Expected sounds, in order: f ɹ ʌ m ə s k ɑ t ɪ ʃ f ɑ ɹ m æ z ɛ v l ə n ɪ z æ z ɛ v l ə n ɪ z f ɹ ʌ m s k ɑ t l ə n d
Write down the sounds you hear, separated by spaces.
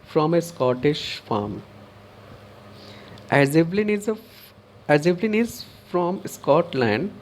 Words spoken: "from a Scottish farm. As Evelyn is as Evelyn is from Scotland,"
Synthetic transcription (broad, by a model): f ɹ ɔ m ə s k ɑ t ɪ ʃ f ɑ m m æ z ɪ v l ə n ɪ z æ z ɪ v l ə n ɪ z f ɹ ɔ m s k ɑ t l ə n d